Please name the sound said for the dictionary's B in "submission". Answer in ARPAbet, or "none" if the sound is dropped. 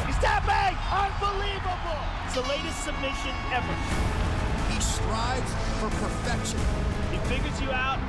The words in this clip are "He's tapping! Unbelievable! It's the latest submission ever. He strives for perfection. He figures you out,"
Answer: B